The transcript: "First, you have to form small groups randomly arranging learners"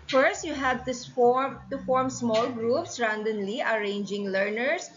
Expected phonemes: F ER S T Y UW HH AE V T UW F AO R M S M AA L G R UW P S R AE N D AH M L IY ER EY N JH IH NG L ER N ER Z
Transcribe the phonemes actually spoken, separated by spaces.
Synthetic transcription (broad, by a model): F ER S T Y UW HH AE F T UW F AO R M S M AA L G R UW P S R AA N D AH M L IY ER EY N JH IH NG L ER N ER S